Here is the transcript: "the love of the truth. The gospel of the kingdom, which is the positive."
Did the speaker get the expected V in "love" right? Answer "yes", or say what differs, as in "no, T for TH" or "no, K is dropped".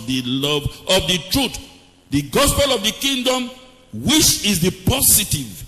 yes